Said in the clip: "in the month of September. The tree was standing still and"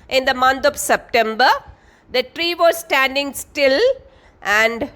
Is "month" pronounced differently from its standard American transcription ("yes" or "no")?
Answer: yes